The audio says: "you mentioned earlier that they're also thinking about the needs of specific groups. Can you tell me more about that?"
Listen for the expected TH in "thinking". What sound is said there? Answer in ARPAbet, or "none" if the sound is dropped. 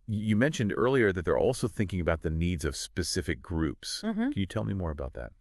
TH